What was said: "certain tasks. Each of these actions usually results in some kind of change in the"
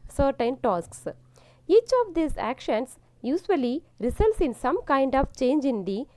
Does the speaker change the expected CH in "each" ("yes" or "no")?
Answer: no